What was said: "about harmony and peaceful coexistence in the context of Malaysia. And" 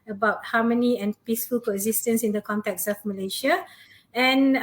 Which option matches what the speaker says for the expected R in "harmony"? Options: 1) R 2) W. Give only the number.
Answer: 2